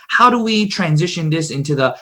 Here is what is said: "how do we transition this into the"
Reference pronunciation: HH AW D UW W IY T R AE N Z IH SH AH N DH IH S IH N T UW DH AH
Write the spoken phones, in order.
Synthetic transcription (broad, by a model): HH AW D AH W IY T R AE N Z IH SH AH N DH IH S IH N T UW DH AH